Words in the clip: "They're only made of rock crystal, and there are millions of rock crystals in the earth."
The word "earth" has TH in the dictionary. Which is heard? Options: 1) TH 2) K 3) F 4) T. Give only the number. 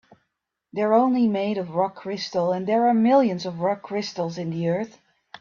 1